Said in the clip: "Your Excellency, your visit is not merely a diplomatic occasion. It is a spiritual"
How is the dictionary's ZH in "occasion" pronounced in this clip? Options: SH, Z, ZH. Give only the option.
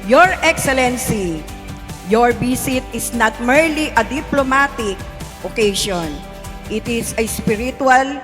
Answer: SH